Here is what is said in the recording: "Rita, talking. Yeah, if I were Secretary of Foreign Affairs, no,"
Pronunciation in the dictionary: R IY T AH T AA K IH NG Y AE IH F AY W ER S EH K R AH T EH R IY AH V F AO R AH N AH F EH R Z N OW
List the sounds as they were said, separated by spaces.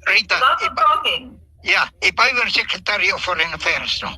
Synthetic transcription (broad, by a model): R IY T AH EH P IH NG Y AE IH P AY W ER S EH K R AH T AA R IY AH F AO R AH N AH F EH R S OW